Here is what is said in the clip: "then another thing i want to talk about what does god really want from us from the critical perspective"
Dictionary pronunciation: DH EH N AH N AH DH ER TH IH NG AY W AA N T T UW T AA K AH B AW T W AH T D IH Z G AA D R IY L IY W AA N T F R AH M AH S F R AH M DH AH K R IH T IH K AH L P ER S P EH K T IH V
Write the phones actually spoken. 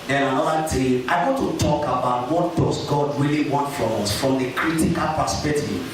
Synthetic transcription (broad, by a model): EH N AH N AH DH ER T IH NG AY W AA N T T UW T AA K AH B AW T W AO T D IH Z G AA D R IY L IY W AA N T F R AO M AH S F R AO M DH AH K R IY T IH K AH L P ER S P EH K T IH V